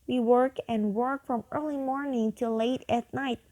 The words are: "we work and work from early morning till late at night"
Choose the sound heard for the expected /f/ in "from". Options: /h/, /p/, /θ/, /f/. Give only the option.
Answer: /f/